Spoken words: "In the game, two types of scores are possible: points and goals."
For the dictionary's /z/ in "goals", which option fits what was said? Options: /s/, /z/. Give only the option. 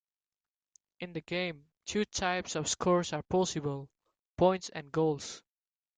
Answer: /s/